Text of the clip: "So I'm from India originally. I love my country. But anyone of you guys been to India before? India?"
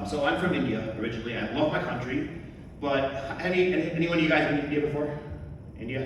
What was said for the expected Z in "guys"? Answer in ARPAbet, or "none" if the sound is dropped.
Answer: Z